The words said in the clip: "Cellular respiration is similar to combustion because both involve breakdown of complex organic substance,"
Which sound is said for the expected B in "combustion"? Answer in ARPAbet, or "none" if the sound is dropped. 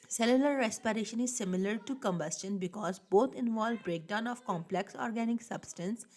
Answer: B